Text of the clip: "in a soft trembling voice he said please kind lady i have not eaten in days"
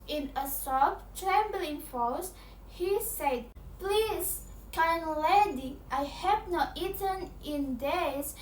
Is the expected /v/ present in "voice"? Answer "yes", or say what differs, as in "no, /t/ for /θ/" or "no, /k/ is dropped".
no, /f/ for /v/